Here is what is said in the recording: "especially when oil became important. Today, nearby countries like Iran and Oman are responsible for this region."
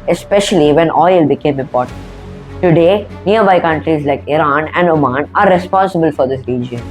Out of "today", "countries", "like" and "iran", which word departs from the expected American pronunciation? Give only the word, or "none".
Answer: none